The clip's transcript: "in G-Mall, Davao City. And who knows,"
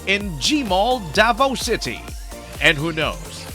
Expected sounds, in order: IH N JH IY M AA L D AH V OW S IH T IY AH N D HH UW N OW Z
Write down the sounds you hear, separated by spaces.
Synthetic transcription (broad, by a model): IH N JH IY M AA L D AH V OW S IH T IY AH N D HH UW N OW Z